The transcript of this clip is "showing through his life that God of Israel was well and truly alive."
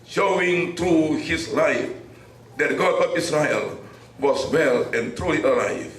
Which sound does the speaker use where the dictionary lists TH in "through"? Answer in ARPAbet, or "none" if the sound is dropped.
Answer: T